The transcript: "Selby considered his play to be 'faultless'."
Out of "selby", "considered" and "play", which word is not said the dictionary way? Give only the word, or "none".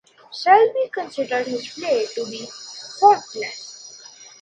selby